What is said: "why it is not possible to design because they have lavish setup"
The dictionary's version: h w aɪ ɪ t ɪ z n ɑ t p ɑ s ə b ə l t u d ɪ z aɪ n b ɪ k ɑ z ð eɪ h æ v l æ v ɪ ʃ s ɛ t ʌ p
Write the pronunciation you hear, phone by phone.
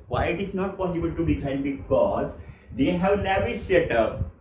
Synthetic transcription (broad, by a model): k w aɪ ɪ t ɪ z n ɑ t p ɑ s ə b ə l t u d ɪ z aɪ n b ɪ k ɑ z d eɪ h æ v n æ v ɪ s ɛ t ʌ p